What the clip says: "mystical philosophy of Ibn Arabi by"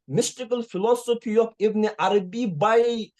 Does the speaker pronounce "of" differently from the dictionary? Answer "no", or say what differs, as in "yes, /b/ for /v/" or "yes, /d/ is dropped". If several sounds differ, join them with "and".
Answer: yes, /p/ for /v/